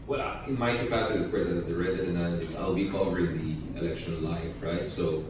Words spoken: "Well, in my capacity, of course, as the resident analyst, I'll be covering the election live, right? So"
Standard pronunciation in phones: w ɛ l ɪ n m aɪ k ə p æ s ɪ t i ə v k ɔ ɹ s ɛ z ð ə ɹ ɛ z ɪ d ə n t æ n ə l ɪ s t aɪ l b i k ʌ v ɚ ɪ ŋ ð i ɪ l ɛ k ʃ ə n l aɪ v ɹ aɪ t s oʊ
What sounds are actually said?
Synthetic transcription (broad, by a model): w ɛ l ɪ n m aɪ k ə p æ s ɪ t i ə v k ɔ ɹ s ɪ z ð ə ɹ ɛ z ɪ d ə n æ l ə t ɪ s aɪ l b i k ʌ v ɚ ɪ ŋ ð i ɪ l ɛ k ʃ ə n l aɪ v ɹ aɪ t s oʊ